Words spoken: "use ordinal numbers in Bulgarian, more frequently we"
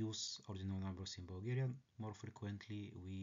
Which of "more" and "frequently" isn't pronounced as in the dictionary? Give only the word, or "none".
none